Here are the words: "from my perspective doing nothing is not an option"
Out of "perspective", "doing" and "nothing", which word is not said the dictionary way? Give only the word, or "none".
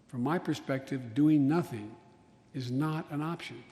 none